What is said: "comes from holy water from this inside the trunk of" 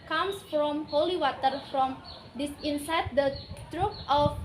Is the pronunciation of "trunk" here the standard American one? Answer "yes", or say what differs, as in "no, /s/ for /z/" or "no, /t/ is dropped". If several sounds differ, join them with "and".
no, /ŋ/ is dropped